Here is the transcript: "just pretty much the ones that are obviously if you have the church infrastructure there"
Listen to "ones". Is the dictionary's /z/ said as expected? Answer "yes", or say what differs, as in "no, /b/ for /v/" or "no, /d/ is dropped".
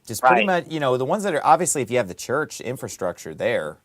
yes